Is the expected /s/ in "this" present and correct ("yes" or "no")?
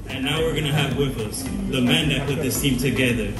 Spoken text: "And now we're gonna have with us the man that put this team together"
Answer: yes